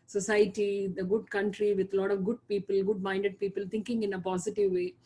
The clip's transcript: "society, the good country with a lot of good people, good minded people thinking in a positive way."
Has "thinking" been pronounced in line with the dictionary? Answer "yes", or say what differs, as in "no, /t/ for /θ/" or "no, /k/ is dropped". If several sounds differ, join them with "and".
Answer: no, /t/ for /θ/